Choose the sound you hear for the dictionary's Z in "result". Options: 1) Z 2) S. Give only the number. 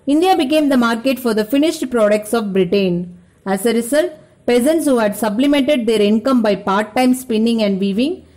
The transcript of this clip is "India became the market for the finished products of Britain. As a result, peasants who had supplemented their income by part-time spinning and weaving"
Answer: 2